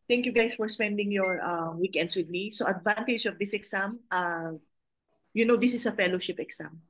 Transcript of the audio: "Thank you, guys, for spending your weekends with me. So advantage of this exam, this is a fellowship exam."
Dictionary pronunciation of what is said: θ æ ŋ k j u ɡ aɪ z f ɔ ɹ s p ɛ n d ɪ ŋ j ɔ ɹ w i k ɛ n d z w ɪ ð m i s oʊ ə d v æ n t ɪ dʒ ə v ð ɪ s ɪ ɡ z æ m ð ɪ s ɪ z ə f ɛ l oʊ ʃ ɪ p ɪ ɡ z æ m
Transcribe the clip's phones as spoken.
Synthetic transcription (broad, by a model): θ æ ŋ k j u ɡ aɪ s f ɔ ɹ s p ɛ n d ɪ ŋ j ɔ ɹ w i k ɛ n d s w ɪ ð m i s oʊ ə d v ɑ n t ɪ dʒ ə v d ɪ s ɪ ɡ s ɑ m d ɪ s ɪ s ə f ɛ l oʊ ʃ ɪ p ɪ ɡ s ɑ m